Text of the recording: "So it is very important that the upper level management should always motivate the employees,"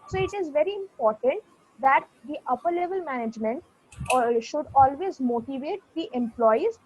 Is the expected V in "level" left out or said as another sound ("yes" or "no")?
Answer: no